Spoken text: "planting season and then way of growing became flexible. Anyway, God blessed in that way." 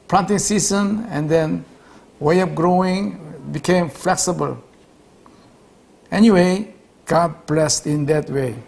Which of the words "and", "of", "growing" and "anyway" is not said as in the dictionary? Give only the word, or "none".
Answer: of